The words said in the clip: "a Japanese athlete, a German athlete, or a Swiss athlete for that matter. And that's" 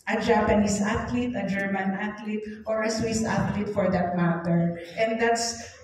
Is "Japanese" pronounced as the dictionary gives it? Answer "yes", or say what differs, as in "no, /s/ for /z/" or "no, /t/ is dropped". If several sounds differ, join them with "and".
no, /s/ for /z/